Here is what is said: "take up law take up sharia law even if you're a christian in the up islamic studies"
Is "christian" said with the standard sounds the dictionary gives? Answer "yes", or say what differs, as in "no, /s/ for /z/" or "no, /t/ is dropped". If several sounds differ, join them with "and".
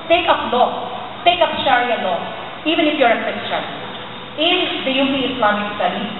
no, /ɹ/ is dropped